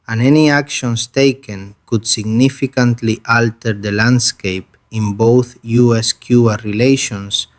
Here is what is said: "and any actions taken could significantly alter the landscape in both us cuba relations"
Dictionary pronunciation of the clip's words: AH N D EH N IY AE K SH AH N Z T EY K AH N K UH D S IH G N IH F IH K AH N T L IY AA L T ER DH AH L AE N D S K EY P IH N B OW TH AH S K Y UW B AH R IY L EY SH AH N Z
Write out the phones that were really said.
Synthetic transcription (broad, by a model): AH N EH N IY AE K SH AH N S T EY K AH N K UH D S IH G N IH F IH K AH N T L IY AA L T ER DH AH L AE N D S K EY P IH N B OW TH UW S K Y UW AH R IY L EY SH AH N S